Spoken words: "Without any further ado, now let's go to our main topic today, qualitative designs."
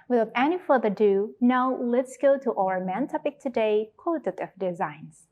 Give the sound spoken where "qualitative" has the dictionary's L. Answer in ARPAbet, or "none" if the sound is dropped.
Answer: none